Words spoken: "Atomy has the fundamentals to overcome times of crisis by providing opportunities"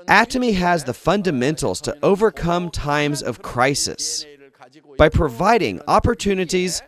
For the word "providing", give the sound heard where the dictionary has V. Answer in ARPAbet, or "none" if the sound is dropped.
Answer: V